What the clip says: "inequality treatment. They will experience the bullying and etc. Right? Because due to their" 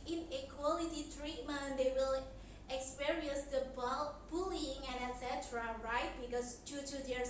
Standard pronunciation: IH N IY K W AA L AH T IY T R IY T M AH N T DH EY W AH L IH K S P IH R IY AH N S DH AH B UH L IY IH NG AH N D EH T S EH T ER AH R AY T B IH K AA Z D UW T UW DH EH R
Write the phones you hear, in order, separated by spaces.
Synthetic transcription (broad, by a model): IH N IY K W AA L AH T IY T R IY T M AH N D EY W AH L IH K S P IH R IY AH N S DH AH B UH L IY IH NG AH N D EH T S EH T ER AH R AY T B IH K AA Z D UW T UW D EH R